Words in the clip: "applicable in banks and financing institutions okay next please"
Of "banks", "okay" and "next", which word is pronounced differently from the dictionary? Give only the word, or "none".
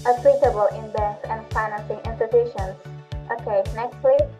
banks